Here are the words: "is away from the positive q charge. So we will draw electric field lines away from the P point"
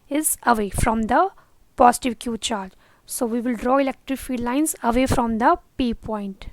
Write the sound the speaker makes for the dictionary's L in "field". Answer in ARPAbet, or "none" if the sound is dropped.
none